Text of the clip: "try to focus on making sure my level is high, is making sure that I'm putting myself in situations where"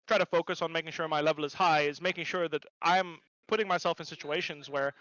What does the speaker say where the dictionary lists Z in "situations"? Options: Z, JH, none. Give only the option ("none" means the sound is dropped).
Z